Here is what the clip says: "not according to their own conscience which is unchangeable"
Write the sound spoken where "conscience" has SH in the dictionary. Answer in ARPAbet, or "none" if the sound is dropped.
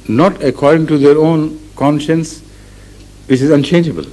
SH